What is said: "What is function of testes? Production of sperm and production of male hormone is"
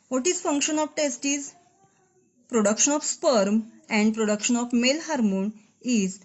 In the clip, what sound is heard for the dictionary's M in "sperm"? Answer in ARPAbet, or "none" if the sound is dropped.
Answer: M